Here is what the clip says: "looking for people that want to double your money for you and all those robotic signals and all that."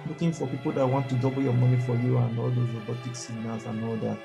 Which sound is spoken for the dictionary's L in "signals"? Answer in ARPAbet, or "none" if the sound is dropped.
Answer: none